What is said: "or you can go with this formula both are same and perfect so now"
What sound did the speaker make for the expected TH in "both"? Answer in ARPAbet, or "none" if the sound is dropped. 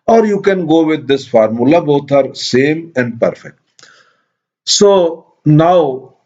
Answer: T